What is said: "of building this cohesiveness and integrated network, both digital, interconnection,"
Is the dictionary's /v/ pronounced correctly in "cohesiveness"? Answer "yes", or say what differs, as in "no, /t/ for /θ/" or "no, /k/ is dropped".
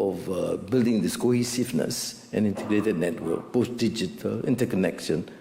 no, /f/ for /v/